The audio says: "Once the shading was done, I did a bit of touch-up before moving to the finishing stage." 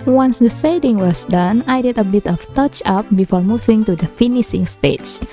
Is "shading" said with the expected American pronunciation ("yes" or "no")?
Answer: no